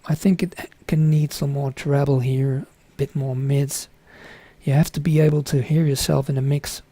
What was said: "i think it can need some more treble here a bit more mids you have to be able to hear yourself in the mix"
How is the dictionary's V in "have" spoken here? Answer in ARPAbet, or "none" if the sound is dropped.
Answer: F